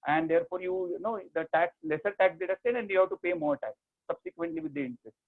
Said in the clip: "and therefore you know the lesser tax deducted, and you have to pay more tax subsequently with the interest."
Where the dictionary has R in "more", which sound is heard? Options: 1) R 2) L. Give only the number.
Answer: 1